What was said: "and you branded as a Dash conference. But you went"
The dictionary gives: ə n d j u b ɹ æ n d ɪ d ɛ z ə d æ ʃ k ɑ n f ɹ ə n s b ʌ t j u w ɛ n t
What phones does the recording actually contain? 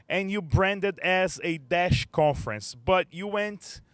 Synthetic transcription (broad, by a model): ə n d j u b ɹ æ n d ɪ d ɛ z ə d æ ʃ k ɑ n f ɹ ə n s b ʌ t j u w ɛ n t